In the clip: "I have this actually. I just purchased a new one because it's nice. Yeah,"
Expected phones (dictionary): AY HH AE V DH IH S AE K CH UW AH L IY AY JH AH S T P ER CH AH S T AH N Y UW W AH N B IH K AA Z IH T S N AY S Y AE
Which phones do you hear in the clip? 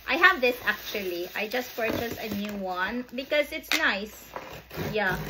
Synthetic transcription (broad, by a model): AY HH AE V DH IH S AE K CH UW AH L IY AY JH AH S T P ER CH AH S AH N Y UW W AH N B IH K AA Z IH T S N AY S Y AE